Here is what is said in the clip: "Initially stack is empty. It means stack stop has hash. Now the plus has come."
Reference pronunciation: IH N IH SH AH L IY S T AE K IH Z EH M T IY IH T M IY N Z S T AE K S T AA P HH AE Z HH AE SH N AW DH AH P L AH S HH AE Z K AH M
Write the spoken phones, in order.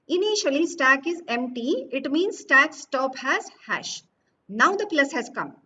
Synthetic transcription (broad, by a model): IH N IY SH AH L IY S T AE K IH Z EH M T IY IH T M IY N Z S T AE K S T AA P HH AE Z HH AE SH N AW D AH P L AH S HH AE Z K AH M